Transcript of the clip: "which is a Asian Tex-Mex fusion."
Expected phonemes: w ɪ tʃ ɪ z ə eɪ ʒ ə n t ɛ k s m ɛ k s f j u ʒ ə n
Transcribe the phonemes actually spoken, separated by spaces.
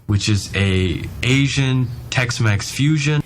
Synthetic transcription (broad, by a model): w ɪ tʃ ɪ z ə eɪ ʒ ə n t ɛ k s m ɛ k s f j u ʒ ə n